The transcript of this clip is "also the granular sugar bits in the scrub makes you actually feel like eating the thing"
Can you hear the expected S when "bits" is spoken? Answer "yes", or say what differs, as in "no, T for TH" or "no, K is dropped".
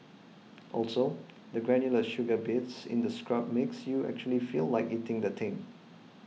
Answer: yes